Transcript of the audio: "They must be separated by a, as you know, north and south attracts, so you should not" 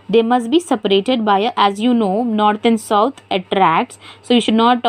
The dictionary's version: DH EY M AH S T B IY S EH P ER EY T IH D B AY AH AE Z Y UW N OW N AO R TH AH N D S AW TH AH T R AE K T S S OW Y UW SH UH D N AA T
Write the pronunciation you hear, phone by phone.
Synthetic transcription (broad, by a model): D EY M AH S T B IY S EH P ER EY T IH D B AY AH AE Z Y UW N OW N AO R T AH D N S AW T AH T R AE K T S S OW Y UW SH UH D N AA T